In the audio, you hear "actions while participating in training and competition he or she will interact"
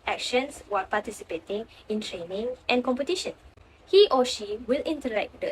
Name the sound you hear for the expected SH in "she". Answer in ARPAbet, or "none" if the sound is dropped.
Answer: SH